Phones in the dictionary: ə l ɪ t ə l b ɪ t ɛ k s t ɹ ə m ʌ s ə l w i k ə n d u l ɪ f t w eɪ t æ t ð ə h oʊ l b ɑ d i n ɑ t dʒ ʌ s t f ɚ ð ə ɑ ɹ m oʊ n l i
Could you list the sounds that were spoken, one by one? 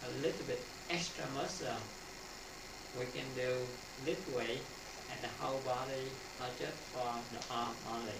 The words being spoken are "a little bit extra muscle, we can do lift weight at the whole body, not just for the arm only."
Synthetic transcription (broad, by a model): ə l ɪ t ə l b ɪ t ɛ k s t ɹ ə m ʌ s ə w i k ə n d u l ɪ t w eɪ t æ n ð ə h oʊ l b ɑ d i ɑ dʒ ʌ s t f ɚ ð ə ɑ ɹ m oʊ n l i